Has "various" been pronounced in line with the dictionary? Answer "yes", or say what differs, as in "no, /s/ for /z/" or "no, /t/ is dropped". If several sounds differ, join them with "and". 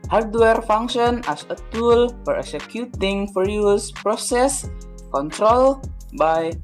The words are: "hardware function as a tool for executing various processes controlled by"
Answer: no, /f/ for /v/